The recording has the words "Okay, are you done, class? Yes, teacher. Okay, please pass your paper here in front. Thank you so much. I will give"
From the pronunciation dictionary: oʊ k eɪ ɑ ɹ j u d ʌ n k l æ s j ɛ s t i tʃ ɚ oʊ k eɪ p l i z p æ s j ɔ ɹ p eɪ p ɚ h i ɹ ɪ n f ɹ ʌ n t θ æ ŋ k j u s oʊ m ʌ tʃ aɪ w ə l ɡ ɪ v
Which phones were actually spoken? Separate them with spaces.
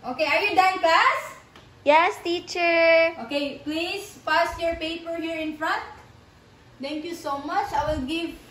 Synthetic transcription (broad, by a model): oʊ k eɪ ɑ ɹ j u d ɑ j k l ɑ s j ɛ s t i tʃ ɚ oʊ k eɪ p l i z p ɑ s j ɔ ɹ p eɪ p ɚ h i ɹ ɪ n f ɹ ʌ n t t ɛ ŋ k j u s oʊ m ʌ tʃ aɪ w ə l ɡ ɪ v